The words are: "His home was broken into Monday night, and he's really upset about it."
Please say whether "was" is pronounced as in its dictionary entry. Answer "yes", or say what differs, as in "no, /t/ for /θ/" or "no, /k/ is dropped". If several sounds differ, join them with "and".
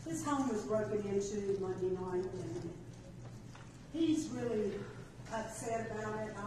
yes